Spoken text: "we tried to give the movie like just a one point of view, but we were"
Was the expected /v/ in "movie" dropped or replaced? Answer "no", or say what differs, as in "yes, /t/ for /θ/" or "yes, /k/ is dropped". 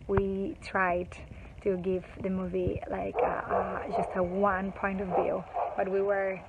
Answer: no